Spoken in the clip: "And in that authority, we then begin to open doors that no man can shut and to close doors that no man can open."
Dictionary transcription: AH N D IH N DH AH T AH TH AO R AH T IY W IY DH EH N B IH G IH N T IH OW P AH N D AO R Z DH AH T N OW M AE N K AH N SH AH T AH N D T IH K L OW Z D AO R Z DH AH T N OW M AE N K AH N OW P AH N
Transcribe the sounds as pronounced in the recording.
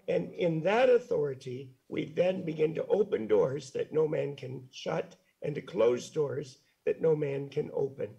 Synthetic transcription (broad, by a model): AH N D IH N DH AH T AH TH AO R AH T IY W IY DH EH N B IH G IH N T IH OW P AH N D AO R Z DH AH T N OW M AE N K AH N SH AH T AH N T IH K L OW Z D AO R Z DH AH T N OW M AE N K AH N OW P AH N